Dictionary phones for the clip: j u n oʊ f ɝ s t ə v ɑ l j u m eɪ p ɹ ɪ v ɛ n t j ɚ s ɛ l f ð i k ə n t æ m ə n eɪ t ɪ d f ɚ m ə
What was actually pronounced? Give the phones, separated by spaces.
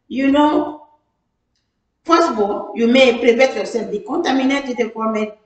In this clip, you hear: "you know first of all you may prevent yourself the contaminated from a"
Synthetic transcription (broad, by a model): j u n oʊ p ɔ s ə b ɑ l j u m eɪ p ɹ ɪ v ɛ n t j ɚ s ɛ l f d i k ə n t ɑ m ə n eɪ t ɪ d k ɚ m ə